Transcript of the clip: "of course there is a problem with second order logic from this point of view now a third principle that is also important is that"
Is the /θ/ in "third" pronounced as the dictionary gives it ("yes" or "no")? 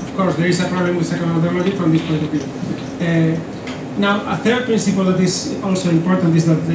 yes